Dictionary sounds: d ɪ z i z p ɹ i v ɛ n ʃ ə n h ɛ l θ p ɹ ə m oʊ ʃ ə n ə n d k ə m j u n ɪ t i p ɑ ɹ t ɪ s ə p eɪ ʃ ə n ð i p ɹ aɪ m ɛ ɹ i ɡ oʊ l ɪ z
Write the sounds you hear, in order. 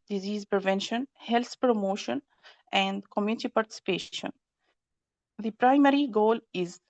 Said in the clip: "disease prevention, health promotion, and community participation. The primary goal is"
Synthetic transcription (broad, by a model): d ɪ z i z p ɹ i v ɛ n ʃ ə n h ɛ l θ p ɹ ə m oʊ ʃ ə n ə n d k ə m j u n ɪ t i p ɑ ɹ t ɪ s ə p eɪ ʃ ə n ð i p ɹ aɪ m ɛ ɹ i ɡ oʊ l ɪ z